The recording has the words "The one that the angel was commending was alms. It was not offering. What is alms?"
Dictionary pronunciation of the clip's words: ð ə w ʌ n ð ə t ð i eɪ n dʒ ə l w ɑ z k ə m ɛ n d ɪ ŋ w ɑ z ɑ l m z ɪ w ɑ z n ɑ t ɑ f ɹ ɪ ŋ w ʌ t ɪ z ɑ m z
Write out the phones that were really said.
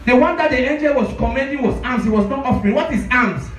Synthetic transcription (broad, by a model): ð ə w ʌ n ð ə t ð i eɪ n dʒ ə l w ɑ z k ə m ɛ n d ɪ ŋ w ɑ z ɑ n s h ɪ w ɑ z n ɑ t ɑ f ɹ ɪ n w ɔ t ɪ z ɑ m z